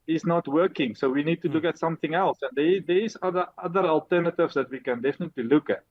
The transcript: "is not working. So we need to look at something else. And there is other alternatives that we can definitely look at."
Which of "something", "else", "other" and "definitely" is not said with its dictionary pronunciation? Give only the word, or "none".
none